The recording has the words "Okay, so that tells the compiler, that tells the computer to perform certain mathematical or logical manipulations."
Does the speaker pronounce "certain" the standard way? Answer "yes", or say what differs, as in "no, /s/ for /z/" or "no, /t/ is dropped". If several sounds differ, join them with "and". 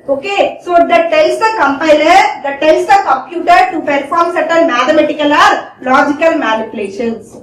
no, /l/ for /n/